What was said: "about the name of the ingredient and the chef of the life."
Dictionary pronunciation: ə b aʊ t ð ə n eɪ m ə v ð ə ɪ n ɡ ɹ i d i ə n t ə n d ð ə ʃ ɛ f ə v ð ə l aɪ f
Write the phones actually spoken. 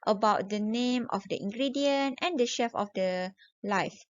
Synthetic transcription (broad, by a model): ə b aʊ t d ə n eɪ m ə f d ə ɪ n ɡ ɹ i d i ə n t ə n d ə ʃ ɛ f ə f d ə l aɪ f